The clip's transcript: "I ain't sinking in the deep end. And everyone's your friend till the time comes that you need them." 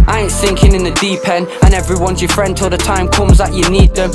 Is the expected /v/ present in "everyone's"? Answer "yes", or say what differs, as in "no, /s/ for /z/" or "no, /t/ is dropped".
yes